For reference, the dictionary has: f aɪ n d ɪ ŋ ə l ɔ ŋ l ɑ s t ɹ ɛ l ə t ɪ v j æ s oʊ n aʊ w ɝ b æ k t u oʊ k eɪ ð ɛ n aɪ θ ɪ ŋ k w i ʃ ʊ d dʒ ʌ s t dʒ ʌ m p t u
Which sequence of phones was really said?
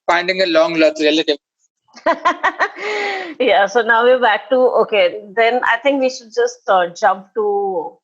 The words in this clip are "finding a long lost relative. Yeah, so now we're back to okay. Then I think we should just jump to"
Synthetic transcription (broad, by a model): f aɪ n d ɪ ŋ ə l ɔ ŋ l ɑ t ɹ ɛ l ə t ɪ v j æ s oʊ n aʊ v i b æ k t u oʊ k eɪ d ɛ n aɪ t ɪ ŋ k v i ʃ ʊ d dʒ ʌ s t dʒ ʌ m p t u